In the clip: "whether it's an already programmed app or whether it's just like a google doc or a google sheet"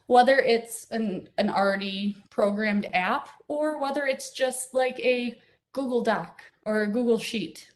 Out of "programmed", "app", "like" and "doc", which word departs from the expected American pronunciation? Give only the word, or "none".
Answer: none